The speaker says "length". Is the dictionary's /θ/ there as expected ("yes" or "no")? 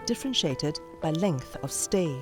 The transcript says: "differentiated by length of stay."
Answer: yes